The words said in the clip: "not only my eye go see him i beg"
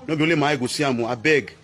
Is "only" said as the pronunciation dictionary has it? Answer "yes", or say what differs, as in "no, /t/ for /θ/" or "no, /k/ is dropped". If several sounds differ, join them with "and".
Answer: no, /n/ is dropped